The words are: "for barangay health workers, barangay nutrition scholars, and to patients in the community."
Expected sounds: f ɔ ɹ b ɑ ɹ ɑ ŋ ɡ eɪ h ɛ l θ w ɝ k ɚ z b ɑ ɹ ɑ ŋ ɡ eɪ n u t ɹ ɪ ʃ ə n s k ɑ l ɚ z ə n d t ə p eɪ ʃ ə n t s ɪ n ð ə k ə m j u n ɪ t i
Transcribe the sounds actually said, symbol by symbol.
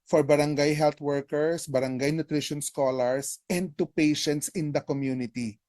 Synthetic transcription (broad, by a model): f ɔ ɹ b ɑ ɹ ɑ ŋ ɡ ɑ h ɛ l t w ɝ k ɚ s b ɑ ɹ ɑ ŋ ɡ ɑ n u t ɹ ɪ ʃ ə n s k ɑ l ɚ s ə n d t ə p eɪ ʃ ə n t s ɪ n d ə k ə m j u n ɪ t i